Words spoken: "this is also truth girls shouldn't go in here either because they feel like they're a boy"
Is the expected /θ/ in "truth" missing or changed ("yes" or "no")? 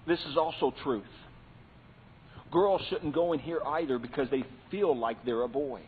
no